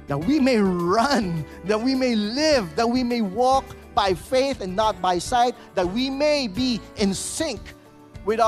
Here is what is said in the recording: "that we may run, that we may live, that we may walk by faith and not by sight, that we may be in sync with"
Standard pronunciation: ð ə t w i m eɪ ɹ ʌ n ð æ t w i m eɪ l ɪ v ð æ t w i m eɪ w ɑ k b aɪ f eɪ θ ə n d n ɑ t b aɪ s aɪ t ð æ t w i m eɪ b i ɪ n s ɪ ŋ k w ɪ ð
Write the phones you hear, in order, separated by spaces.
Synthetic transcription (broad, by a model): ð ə t w i m eɪ ɹ ʌ n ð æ t w i m eɪ l ɪ v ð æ t w i m eɪ w ɑ k b aɪ f eɪ θ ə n n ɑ t b aɪ s aɪ t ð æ t w i m eɪ b i ɪ n s ɪ ŋ k w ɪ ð